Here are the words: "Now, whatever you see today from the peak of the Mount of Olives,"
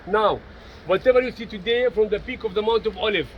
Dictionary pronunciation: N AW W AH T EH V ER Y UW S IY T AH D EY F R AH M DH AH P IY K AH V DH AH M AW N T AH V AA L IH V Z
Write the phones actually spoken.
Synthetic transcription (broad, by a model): N AW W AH T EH V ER Y UW S IY T AH D EY F R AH M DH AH P IY K AH V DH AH M AW N T AH V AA L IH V